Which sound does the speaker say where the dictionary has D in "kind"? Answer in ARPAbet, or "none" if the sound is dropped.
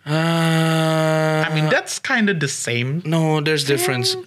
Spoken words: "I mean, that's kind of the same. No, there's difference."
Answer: D